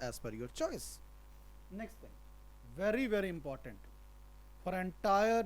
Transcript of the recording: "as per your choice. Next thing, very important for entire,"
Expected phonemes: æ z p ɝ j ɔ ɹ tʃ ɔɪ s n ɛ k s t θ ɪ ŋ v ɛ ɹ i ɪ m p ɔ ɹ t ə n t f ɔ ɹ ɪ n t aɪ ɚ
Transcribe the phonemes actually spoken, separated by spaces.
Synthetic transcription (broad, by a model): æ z f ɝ j ɔ ɹ tʃ ɔɪ s n ɛ k s t t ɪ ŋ v ɛ ɹ i ɪ m p ɔ ɹ t ə n t f ɔ ɹ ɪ n t aɪ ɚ